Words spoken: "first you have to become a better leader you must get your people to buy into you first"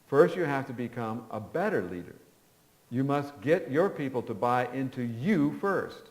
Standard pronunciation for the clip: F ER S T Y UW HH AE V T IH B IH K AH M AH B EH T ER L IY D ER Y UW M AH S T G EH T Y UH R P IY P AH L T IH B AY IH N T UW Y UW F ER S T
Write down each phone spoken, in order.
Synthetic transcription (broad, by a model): F ER S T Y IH HH AE F T IH B IH K AH M AH B EH T ER L IY D ER Y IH M AH S T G EH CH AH R P IY P L T IH B AY IH N T UW Y UW F ER S T